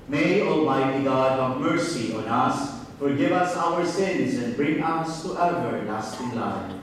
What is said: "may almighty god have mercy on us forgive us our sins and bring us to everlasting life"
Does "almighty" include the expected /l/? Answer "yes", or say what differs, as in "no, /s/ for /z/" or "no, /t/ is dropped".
yes